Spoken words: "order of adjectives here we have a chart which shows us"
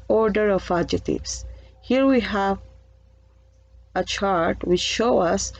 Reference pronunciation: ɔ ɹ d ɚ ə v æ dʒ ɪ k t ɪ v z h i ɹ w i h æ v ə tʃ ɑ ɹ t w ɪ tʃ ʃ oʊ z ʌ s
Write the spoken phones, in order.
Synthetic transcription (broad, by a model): ɔ ɹ d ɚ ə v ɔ dʒ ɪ t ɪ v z h i ɹ w i h æ v ə tʃ ɑ ɹ t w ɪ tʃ ʃ oʊ ʌ s